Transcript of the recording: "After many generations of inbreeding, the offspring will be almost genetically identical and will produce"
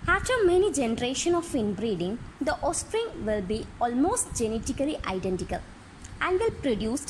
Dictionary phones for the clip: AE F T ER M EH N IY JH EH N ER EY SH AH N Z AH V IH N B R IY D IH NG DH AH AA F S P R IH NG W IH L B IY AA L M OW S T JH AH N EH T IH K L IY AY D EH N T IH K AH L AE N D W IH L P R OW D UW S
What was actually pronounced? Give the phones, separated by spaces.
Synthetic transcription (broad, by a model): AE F T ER M EH N IY JH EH N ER EY SH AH N AH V IH N B R IY D IH NG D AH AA S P R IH NG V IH L B IY AA L M OW S T JH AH N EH T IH K L IY AY D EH N T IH K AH L AE N D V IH L P R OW D UW S